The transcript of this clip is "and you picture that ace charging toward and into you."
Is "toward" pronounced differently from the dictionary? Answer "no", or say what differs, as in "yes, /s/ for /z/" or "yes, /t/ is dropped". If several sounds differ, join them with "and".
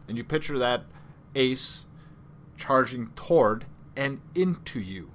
no